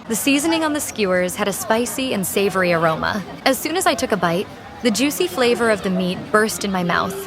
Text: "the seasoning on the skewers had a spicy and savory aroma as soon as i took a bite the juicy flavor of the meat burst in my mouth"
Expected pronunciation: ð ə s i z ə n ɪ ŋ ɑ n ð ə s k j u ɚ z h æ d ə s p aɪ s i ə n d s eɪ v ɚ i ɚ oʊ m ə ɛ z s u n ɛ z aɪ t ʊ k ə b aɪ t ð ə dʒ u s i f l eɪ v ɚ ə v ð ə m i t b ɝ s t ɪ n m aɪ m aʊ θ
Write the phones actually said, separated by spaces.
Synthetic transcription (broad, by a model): ð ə s i z ə n ɪ ŋ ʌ n ð ə s k j u ɚ z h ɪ d ə s p aɪ s i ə n s eɪ v ɚ i ɚ oʊ m ə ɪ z s u n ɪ z aɪ t ʊ k ə b aɪ t ð ə dʒ u s i f l eɪ v ɚ ə v ð ə m i t b ɝ s t ɪ n m aɪ m aʊ θ